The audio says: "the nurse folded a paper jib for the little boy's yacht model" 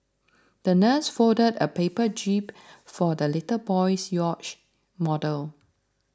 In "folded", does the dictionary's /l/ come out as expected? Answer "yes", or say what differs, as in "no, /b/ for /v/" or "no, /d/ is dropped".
no, /l/ is dropped